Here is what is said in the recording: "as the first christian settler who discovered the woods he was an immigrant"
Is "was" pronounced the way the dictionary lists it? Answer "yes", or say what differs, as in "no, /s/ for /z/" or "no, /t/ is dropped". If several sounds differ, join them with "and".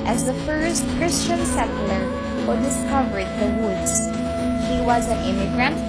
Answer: yes